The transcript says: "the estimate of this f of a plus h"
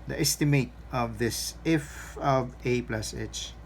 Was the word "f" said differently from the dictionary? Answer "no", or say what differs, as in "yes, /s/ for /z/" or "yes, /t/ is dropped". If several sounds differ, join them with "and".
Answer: no